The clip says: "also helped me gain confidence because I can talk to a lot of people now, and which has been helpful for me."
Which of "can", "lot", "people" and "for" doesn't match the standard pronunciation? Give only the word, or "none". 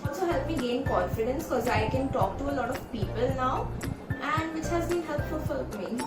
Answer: for